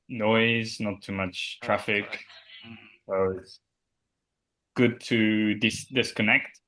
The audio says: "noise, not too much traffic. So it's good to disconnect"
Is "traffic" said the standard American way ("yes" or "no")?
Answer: yes